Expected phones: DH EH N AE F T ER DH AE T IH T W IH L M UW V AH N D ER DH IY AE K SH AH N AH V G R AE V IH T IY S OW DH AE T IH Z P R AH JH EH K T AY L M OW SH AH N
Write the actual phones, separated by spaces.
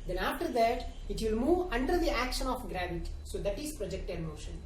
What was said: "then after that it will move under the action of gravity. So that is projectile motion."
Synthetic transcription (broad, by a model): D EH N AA F T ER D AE T IH T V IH L M UW V AH N D ER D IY AE K SH AH N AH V G R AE V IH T S OW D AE T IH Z P R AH JH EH K T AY N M OW SH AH N